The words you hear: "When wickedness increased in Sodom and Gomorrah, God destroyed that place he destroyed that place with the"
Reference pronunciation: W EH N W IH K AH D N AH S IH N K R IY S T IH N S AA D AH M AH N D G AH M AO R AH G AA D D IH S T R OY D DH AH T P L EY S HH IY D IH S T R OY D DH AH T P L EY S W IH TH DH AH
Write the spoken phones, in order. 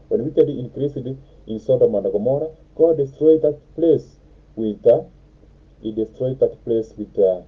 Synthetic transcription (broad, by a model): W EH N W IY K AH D AH IH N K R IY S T IH N S AA D AH M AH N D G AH M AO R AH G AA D D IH S T R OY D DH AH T P L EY S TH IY D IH S T R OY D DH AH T P L EY S W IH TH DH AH